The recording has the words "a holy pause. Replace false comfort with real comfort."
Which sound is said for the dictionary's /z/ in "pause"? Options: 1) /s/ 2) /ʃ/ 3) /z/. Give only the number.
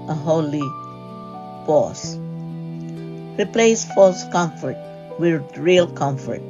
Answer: 1